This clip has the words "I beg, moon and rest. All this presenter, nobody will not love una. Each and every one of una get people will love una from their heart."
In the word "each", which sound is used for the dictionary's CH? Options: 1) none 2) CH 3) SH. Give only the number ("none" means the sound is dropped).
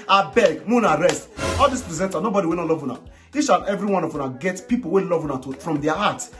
3